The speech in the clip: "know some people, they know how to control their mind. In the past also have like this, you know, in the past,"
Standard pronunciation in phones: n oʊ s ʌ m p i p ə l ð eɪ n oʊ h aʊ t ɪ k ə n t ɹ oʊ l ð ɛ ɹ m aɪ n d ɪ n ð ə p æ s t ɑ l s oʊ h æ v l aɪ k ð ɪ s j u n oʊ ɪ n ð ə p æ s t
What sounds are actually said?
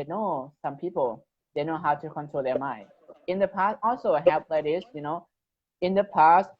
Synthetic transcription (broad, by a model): n oʊ s ʌ m p i p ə l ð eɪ n oʊ h aʊ t ɪ k ə n t ɹ oʊ l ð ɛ ɹ m aɪ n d ɪ n ð ə p æ s t ɑ l s oʊ h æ p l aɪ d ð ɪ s j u n oʊ ɪ n ð ə p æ s t